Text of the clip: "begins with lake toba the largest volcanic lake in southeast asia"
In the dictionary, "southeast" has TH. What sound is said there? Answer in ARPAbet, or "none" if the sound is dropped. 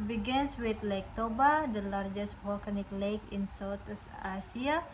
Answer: S